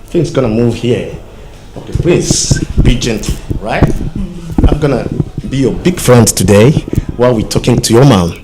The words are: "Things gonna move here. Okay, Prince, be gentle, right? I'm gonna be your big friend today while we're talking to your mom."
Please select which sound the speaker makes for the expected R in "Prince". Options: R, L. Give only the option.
L